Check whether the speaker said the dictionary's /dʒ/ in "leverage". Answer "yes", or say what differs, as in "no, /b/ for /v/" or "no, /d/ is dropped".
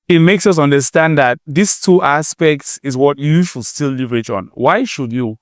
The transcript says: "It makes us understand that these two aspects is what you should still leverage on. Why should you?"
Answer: no, /tʃ/ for /dʒ/